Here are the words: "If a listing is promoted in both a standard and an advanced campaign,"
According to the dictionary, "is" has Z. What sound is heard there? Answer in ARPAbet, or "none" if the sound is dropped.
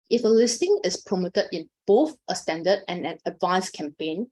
S